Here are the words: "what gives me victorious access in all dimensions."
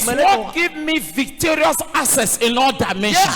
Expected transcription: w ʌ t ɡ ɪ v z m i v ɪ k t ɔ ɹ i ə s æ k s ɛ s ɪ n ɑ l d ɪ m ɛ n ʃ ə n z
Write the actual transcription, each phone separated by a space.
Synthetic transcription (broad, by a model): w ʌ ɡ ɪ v m i v ɪ k t ɔ ɹ i ə s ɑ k s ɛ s ɪ n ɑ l d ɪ m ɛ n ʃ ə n